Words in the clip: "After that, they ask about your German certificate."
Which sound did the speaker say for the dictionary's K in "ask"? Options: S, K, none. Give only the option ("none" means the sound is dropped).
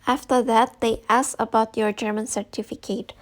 none